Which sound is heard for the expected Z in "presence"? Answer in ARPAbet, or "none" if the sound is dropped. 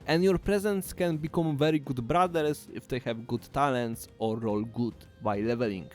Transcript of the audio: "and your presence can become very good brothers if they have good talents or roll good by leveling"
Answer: Z